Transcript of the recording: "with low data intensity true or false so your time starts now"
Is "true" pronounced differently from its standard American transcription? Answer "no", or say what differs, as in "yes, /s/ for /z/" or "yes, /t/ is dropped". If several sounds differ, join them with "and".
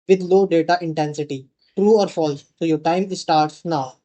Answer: no